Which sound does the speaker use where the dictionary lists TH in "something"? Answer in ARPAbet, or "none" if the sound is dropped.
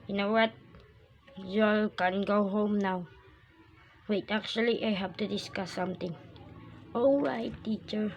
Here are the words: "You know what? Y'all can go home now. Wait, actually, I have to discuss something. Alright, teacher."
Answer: T